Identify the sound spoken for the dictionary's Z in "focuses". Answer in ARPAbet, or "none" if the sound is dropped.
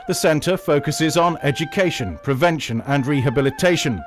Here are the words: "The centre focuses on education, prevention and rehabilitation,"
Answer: Z